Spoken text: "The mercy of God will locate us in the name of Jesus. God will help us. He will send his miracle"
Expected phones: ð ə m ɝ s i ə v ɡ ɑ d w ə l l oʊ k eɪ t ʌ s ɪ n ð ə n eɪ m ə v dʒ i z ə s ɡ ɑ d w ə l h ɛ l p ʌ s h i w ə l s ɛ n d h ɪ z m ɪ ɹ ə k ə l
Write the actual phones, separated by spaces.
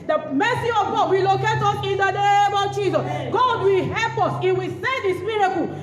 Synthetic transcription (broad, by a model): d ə m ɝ s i ə v ɡ ɑ d w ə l l oʊ k eɪ t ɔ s ɪ n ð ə n eɪ m ə v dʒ i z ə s ɡ ɑ d w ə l h ɛ l p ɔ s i w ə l s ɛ d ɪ s m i ɹ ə k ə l